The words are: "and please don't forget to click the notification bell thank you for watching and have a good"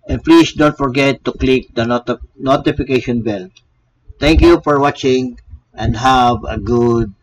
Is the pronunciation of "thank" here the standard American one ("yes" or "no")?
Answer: no